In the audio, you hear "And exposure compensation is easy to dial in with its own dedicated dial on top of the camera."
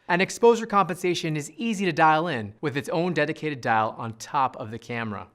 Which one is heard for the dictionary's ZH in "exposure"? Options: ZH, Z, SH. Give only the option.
ZH